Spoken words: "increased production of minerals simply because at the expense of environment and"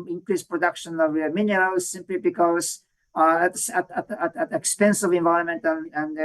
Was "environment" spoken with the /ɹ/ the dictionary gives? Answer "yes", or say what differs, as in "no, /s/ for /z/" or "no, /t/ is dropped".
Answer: no, /ɹ/ is dropped